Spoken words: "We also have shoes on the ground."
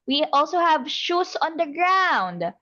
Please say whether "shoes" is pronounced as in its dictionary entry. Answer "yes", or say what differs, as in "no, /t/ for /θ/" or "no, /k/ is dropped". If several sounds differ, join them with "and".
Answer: no, /s/ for /z/